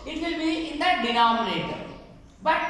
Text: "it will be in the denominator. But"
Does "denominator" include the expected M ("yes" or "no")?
no